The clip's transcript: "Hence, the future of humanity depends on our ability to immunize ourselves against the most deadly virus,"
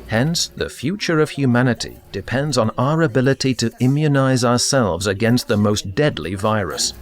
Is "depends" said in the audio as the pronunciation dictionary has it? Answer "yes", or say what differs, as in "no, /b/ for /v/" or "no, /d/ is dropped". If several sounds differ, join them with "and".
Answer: yes